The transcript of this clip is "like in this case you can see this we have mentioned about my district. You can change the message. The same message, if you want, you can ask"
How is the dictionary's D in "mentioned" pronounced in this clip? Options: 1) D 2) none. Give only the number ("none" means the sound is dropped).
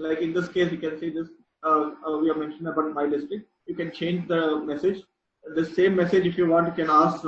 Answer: 2